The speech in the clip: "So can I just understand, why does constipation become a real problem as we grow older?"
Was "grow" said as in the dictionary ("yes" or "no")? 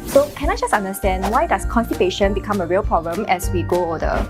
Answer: no